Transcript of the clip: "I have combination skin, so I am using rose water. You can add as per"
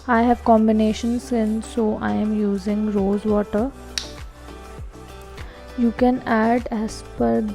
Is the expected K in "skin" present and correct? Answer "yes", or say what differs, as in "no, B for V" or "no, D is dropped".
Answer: no, K is dropped